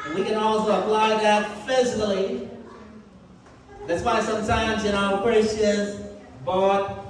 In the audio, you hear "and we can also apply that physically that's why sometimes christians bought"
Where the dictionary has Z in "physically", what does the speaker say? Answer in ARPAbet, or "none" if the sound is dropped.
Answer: Z